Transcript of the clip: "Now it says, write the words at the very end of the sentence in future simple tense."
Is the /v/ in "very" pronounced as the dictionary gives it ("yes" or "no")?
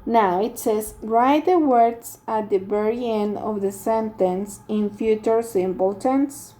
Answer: no